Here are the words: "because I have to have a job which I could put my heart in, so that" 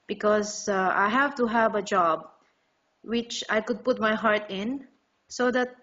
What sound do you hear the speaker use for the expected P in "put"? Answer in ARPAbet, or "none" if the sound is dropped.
P